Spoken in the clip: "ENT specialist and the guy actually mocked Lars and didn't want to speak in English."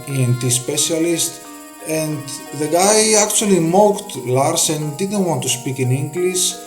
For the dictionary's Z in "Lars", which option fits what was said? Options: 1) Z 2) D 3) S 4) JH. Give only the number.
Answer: 3